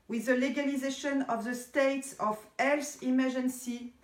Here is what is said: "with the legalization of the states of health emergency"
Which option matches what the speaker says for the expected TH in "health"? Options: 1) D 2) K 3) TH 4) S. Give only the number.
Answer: 4